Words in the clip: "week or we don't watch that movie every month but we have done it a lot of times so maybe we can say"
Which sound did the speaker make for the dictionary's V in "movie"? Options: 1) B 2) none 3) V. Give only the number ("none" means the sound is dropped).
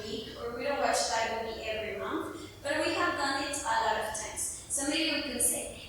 1